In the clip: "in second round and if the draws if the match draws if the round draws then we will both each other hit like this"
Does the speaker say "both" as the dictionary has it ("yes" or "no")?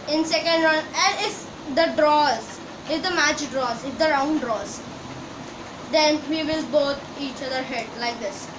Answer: no